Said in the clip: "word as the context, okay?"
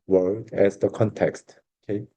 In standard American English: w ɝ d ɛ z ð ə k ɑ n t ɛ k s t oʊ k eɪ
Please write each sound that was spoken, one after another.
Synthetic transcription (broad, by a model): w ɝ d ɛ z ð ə k ɑ n t ɛ k s t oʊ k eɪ